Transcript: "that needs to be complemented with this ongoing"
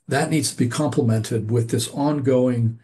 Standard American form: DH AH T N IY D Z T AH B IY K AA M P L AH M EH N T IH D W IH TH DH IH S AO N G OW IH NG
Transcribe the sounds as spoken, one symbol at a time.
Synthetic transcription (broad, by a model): DH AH T N IY D Z T AH B IY K AA M P L AH M EH N T IH D W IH DH IH S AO N G OW IH NG